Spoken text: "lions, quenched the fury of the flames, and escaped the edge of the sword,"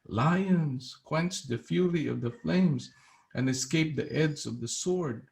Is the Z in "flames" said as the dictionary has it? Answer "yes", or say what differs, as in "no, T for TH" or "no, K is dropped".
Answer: yes